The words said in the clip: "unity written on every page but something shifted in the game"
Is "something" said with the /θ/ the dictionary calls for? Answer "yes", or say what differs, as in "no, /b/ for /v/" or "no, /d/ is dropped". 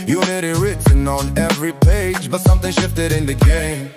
yes